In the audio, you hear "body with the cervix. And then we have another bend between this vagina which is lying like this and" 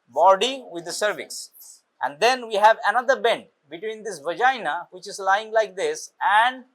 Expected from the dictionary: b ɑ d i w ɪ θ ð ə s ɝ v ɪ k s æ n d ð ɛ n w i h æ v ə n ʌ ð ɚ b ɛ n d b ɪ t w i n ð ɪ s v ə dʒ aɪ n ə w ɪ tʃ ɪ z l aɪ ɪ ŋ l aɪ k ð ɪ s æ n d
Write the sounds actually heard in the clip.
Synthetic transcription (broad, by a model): b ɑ d i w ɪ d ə s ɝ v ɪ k s æ n d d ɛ n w i h æ v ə n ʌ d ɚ b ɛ n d b ɪ t w i n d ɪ s v ə dʒ aɪ n ə w ɪ tʃ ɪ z l aɪ ɪ ŋ l aɪ k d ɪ s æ n d